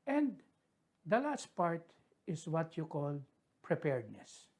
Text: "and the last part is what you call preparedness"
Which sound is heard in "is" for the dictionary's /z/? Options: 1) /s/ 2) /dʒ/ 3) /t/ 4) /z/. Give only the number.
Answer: 1